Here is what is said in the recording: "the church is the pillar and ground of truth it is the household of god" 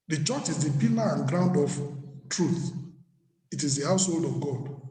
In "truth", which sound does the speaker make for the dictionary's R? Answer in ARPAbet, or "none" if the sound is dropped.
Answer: R